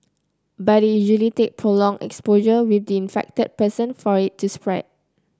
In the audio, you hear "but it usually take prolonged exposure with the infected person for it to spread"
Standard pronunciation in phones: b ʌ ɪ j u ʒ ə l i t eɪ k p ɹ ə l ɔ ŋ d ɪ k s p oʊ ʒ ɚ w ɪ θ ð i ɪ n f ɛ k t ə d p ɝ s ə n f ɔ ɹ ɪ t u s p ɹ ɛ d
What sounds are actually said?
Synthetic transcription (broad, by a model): b ɪ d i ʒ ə l i t eɪ k p ɹ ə l ɔ ŋ ɪ k s p oʊ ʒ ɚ w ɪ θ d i ɪ n f ɛ k t ə d p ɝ s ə n f ɔ ɹ ɪ t u s p ɹ ɛ d